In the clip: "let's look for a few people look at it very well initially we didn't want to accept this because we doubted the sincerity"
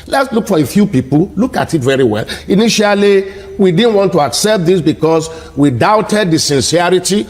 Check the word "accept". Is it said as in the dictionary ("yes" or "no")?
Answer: yes